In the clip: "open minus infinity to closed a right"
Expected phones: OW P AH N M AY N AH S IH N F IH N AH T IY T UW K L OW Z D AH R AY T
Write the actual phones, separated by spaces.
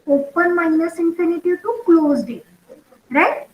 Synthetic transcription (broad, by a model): OW P AH N M AY N AH S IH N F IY N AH T IY T UW K L OW Z D AH R AY T